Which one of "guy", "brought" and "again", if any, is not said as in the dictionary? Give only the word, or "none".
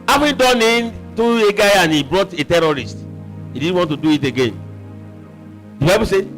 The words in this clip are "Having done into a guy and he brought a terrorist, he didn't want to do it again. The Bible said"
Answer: none